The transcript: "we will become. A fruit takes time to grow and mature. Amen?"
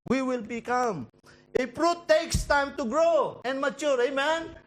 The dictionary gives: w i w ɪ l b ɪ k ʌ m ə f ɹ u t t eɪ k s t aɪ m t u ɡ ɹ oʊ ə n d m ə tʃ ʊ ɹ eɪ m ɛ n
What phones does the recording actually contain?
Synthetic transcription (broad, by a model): w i w ɪ l b ɪ k ʌ m ə p ɹ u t t eɪ k s t aɪ m t u ɡ ɹ oʊ ə n d m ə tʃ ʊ ɹ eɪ m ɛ n